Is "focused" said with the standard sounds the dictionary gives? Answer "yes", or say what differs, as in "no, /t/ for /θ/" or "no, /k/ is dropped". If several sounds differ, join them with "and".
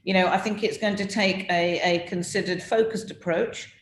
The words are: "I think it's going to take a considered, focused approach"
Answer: yes